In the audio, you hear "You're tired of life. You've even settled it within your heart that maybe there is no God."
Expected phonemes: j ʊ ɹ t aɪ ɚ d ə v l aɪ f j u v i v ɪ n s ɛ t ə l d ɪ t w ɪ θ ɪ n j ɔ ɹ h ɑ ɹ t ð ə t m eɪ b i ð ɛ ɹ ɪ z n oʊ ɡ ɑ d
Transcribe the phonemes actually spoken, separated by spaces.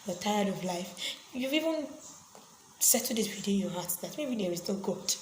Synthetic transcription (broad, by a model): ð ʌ t aɪ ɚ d ə v l aɪ f j u v i v ɪ n s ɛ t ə d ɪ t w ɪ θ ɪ n j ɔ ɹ h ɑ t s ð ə t m eɪ b i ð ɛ ɹ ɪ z n oʊ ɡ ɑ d